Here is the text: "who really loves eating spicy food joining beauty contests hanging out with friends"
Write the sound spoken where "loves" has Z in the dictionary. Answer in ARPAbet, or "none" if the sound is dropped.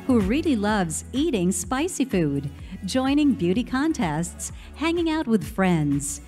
Z